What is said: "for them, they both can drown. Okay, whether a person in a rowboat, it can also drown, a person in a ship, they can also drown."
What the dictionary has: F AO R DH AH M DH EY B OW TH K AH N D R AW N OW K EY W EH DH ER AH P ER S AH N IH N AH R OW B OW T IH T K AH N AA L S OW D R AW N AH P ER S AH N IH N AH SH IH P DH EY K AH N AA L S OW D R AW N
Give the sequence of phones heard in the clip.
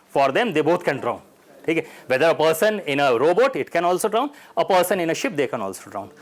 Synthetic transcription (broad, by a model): F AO R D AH M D EY B OW T K AH N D R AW N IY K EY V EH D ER AH P ER S AH N IH N AH R OW B OW T IH T K AH N AA L S OW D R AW N AH P ER S AH N IH N AH SH IH P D EY K AH N AA L S OW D R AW N